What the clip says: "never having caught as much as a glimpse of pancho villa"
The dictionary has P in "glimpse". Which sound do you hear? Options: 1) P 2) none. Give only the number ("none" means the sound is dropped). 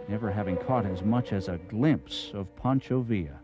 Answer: 1